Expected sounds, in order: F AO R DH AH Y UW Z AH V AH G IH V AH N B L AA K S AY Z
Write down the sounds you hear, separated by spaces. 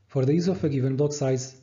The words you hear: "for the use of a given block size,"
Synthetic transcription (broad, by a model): F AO R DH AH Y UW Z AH F AH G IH V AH N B L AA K S AY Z